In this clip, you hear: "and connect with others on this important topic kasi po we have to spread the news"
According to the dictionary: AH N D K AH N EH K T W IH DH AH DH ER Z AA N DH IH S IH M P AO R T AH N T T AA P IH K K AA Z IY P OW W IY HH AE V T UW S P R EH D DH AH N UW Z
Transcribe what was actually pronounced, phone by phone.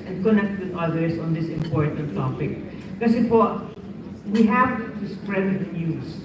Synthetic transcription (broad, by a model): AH N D K AH N EH K T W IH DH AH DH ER S AA N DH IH S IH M P AO R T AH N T T AA P IH K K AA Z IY F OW W IY HH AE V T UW S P R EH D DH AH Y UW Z